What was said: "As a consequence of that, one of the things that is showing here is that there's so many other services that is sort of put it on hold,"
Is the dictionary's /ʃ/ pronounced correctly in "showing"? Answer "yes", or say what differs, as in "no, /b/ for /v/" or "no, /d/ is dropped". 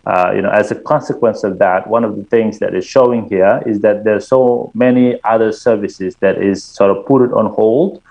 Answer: yes